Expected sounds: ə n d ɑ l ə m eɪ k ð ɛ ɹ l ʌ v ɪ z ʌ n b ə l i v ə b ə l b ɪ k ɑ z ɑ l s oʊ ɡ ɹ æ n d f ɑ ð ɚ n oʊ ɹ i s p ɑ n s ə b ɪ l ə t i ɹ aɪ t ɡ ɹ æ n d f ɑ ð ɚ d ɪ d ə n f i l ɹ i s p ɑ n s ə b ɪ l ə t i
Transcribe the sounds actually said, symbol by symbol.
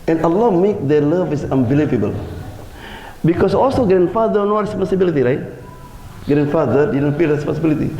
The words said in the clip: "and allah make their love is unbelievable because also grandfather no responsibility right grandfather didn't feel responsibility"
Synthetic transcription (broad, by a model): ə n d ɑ l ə m eɪ k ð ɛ l ʌ v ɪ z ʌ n b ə l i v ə b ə l b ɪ k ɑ s ɑ l s oʊ ɡ ɹ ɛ n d f ɑ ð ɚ n oʊ ɹ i s p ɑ n s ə b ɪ l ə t i ɹ aɪ t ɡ ɹ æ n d f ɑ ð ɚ d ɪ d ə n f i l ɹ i s p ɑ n s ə b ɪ l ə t i